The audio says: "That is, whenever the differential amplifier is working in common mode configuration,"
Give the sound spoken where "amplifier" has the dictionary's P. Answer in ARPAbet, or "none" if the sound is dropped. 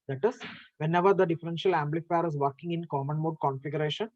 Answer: B